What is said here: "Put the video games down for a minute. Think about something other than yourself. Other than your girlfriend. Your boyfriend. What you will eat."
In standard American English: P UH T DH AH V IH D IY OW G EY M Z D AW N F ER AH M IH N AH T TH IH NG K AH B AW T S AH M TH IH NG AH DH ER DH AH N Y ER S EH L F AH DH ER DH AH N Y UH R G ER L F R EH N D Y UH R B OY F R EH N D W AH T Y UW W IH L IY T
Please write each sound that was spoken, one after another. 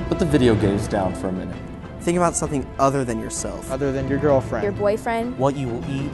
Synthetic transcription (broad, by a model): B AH T DH AH V IH D IY OW G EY Z D AW N F ER AH M IH N AH T TH IH NG K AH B AW T S AH M TH IH NG AH DH ER DH AH N Y ER S EH L F AH DH ER DH AH N Y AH R G ER L F R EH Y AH R B OY F R EH N D W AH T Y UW W IH L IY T